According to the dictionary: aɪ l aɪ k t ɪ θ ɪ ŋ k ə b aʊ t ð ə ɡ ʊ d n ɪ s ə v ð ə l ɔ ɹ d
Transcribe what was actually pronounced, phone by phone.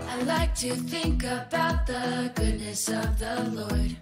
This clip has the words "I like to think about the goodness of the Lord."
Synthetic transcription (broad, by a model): aɪ l aɪ k t ɪ θ ɪ ŋ k ə b aʊ t ð ə ɡ ʊ d n ɪ s ə v ð ə l ɔ ɹ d